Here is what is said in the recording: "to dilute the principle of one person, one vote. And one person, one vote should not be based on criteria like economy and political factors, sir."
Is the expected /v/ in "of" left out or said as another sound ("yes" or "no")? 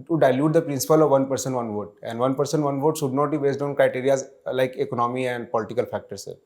no